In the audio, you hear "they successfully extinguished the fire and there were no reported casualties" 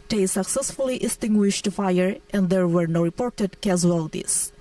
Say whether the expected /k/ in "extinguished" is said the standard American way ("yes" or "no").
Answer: no